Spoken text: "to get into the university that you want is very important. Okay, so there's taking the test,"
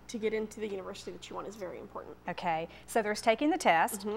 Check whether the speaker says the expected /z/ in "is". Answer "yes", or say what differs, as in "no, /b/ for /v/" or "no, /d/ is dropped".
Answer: yes